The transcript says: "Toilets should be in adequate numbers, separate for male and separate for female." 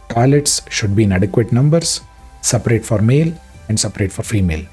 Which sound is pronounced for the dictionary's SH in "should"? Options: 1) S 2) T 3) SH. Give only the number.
3